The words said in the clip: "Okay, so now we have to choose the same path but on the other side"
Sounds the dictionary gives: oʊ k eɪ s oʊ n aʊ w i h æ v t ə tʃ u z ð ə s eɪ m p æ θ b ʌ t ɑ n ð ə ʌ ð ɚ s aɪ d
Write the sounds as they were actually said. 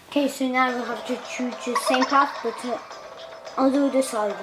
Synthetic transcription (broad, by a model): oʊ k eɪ s oʊ n aʊ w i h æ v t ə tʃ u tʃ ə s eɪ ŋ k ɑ f b ʌ t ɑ l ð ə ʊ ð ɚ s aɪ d